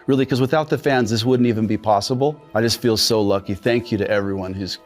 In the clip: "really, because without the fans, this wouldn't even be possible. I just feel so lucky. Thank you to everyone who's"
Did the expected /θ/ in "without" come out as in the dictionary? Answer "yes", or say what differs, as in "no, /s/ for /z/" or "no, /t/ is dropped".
yes